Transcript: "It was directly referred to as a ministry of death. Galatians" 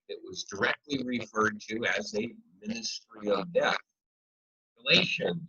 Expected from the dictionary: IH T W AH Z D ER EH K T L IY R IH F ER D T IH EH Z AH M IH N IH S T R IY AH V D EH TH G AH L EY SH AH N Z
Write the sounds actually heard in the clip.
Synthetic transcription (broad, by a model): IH T W AH Z D ER EH K T L IY R IH F ER D T IH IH Z AH M IH N IH S T R IY AH V D EH TH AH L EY SH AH N